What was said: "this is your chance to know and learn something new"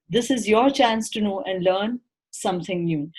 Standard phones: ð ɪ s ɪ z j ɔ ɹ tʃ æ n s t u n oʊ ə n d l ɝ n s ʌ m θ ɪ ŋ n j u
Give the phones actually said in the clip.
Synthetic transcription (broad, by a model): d ɪ s ɪ z j ɔ ɹ tʃ æ n s t u n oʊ ə n d l ɝ n s ʌ m t ɪ ŋ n j u